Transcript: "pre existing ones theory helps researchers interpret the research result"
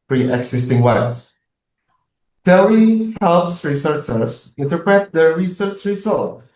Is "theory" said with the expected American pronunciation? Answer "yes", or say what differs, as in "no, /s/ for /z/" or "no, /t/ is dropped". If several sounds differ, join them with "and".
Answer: no, /w/ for /ɹ/